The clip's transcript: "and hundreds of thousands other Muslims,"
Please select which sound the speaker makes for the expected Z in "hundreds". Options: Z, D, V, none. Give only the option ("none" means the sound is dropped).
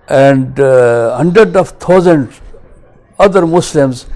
none